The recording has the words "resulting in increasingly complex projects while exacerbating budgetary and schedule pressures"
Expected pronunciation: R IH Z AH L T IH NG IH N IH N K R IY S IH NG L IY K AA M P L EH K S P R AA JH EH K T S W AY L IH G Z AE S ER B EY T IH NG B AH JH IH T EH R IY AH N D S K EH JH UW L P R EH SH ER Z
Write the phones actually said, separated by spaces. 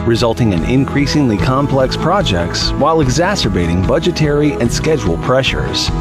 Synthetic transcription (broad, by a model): R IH Z AH L T IH NG IH N IH N K R IY S IH NG L IY K AA M P L EH K S P R AA JH EH K T S W AY L IH G Z AE S ER B EY T IH NG B AH JH IH T EH R IY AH N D S K EH JH UW L P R EH SH ER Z